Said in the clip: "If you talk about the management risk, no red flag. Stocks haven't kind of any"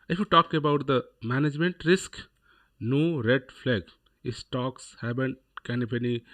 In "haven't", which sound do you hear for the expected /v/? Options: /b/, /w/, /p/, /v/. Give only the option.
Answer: /b/